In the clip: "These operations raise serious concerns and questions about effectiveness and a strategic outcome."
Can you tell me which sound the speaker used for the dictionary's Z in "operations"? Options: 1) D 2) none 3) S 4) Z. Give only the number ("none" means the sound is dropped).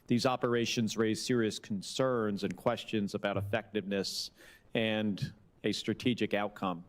4